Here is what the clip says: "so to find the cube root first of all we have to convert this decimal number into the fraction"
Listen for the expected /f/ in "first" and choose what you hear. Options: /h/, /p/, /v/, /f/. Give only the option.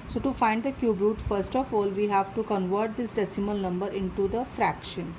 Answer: /f/